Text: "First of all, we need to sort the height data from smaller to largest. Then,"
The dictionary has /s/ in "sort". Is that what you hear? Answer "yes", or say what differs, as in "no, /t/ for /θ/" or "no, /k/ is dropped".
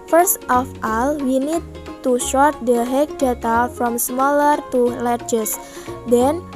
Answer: no, /ʃ/ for /s/